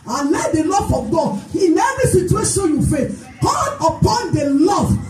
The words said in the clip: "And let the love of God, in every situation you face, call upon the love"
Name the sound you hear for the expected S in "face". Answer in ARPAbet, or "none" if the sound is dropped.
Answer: none